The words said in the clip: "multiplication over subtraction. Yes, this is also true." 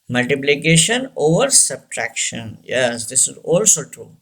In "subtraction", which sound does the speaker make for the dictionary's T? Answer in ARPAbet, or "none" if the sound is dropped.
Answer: T